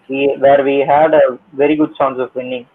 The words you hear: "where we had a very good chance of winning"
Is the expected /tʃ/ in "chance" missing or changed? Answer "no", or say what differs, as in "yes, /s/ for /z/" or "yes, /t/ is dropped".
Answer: yes, /s/ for /tʃ/